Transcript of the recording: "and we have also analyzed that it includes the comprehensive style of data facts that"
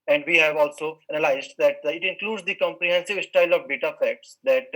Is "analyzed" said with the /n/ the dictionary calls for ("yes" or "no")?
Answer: no